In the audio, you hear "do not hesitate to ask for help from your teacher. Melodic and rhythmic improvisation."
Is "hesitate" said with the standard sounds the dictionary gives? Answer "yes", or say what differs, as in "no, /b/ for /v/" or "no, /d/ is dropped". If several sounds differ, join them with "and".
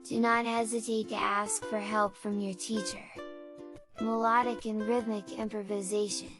yes